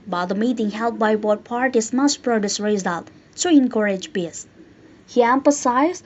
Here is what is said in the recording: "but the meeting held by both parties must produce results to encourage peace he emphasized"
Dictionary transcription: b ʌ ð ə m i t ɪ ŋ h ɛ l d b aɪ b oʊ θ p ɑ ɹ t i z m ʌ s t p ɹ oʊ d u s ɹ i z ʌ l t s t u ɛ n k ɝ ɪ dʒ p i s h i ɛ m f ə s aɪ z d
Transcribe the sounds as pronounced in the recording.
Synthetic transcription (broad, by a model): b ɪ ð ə m i t ɪ ŋ h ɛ l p b aɪ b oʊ t p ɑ ɹ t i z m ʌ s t p ɹ oʊ d u s ɹ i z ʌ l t t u ɛ n k ɝ ɪ dʒ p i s h i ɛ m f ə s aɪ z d